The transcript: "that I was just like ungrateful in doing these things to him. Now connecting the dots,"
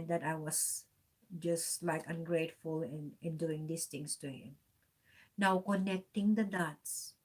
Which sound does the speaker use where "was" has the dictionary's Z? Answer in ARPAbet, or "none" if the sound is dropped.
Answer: S